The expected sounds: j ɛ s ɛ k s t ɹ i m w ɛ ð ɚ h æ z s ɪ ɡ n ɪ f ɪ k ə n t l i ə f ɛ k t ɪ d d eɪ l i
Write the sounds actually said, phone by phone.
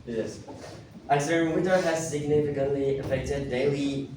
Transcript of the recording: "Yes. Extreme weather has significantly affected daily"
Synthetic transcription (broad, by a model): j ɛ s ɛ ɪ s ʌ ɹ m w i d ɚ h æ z s ɪ ɡ n ɪ f ɪ k ə n t l i ə f ɛ k t ɪ d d eɪ l i